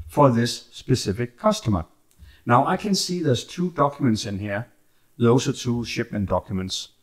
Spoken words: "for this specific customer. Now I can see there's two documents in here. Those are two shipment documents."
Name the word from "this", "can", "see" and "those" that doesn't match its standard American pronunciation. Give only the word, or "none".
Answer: those